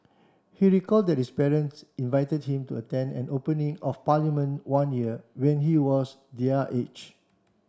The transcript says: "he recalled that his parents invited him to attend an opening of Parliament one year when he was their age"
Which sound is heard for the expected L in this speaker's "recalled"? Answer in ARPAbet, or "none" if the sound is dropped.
L